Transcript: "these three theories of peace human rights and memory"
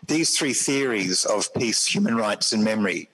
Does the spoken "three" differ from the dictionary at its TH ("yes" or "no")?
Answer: no